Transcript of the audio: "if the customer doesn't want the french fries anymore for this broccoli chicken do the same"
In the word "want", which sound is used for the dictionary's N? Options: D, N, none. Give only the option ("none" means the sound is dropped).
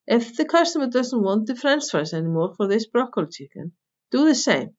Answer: N